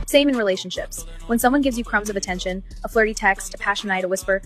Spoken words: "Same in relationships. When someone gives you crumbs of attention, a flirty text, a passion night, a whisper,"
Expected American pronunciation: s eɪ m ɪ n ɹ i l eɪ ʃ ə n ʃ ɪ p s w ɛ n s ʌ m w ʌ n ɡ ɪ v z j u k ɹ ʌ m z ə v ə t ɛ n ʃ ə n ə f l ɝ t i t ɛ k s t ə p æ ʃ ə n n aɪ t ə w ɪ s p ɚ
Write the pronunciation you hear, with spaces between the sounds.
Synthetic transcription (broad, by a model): s eɪ m ɪ n ɹ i l eɪ ʃ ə n ʃ ɪ p s w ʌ n s ʌ m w ʌ n ɡ ɪ v z j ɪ k ɹ ʌ m z ə v ə t ɛ n ʃ ə n ə f l ɝ t i t ɛ k s t ə p æ ʃ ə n n aɪ t ə w ɪ s p ɚ